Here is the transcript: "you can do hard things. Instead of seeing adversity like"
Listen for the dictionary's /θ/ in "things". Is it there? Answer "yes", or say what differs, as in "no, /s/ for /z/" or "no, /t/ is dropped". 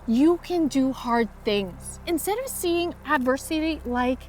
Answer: yes